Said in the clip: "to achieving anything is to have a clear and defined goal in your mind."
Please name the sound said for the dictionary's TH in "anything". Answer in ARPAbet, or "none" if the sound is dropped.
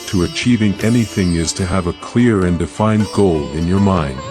TH